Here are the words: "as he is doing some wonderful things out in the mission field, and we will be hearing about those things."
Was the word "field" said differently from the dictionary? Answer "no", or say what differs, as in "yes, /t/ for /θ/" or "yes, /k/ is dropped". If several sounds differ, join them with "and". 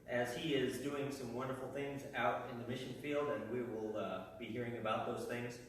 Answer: no